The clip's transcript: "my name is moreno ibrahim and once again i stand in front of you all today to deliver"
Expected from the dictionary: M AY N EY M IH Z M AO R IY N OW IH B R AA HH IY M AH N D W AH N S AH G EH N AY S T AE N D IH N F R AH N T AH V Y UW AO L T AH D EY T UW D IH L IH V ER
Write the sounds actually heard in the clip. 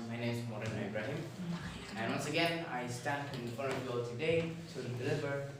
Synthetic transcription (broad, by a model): M AY N EY M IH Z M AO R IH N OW IH B R AA HH IY M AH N W AH N S AH G EH N AY S T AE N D IH N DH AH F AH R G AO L T AH D EY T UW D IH L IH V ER